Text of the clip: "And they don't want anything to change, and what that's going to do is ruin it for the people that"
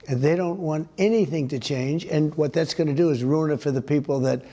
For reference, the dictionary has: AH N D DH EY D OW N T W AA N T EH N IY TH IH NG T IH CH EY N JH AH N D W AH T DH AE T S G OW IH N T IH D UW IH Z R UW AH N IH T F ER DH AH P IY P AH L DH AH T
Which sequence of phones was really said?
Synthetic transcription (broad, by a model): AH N DH EY D OW N T W AA N T EH N IY TH IH NG T IH CH EY N JH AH N W AH T DH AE T S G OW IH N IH D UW IH Z R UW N IH T F ER DH AH P IY P L DH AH T